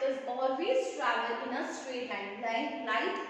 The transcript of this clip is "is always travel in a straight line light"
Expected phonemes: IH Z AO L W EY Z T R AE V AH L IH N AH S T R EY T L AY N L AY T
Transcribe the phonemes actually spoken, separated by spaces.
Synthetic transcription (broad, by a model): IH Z AO L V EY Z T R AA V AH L IH N AH S T R EY T L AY L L AY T